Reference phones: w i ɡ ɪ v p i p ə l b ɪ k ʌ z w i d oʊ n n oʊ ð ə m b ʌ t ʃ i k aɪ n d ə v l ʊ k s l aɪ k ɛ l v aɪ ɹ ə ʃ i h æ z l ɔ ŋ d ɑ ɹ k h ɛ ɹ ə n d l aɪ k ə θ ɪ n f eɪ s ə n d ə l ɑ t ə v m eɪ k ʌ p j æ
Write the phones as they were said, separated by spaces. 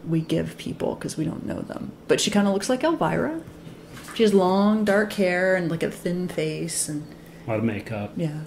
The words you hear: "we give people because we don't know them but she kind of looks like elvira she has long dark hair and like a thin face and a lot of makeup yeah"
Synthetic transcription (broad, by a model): w i ɡ ɪ v p i p l k ʌ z w i d oʊ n n oʊ ð ə m b ʌ t ʃ i k aɪ n d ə l ʊ k s l aɪ k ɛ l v aɪ ɹ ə ʃ i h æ z l ɔ ŋ d ɑ ɹ k h ɛ ɹ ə n l aɪ k ə θ ɪ n f eɪ s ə n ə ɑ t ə m eɪ k ʌ p j æ